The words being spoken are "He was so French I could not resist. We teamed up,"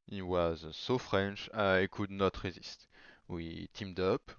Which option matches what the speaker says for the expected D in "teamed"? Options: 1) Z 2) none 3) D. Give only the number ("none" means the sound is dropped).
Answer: 3